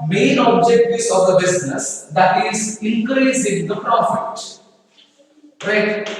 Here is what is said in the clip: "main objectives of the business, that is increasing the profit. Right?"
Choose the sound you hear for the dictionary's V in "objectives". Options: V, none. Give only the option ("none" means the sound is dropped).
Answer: none